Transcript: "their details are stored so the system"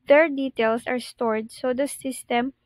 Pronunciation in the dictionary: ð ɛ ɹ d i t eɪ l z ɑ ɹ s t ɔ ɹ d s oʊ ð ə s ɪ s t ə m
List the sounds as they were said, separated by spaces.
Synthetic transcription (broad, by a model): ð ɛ ɹ d i t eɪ l s ɑ ɹ s t ɔ ɹ d s oʊ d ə s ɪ s t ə m